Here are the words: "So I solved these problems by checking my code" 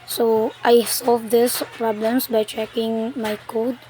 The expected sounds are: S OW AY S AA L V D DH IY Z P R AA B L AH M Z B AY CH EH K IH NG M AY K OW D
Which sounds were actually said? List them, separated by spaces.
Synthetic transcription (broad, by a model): S OW AY S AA L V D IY S P R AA B L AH M S B AY CH EH K IH NG M AY K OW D